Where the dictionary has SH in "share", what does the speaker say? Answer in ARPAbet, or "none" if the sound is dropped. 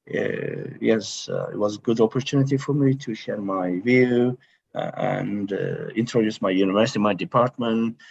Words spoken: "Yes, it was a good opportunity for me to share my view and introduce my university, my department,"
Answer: SH